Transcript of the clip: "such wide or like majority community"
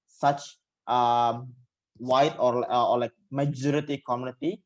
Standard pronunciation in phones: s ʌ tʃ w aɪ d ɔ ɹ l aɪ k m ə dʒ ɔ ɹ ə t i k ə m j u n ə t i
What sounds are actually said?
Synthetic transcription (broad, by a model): s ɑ tʃ w aɪ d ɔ l l aɪ k m ə dʒ ɔ ɹ ə t i k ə m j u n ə t i